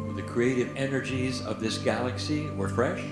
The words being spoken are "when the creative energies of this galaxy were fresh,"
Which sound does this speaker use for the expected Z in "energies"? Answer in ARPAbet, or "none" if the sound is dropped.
Z